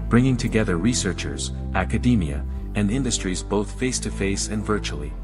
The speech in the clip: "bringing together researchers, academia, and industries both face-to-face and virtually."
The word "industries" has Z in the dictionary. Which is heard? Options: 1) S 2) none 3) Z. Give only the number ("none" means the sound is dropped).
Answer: 3